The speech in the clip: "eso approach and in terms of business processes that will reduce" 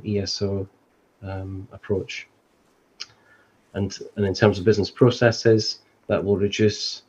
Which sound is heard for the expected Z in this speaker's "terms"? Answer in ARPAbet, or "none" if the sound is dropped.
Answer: Z